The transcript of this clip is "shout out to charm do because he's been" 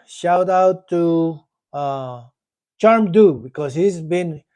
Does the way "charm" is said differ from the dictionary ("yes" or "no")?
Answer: no